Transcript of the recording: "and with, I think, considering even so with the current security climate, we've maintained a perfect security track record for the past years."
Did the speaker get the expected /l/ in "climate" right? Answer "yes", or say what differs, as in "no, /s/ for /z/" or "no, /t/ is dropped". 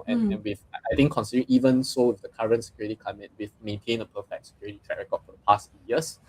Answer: no, /l/ is dropped